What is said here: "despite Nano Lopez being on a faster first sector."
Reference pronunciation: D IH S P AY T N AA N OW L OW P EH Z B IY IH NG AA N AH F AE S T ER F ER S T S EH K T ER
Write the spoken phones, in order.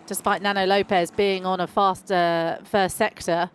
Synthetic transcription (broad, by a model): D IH S P AY T N AA N OW L OW P EH Z B IY IH NG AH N AH F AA S T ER F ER S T S EH K T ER